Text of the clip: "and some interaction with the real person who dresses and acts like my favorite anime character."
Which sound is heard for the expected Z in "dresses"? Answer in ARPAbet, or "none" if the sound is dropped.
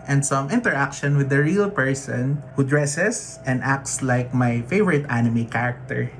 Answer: S